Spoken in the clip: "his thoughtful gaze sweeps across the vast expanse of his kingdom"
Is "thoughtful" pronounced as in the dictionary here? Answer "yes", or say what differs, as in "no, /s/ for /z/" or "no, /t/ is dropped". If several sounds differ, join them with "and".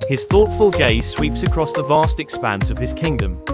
yes